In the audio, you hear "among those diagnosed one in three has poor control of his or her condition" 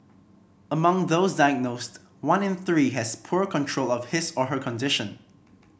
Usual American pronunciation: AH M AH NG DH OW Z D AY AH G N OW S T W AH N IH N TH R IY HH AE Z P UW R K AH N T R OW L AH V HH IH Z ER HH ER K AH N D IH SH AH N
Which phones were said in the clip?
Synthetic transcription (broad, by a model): AH M AH NG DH OW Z D AY AH G N OW S T W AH N IH N TH R IY HH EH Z P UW R K AH N T R OW L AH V HH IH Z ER HH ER K AH N D IH SH AH N